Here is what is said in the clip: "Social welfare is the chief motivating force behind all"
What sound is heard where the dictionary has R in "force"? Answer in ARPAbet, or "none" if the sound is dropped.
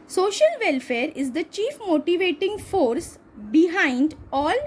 R